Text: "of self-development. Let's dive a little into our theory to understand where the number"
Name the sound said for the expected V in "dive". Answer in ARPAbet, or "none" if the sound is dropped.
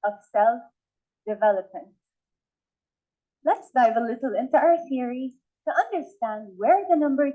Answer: V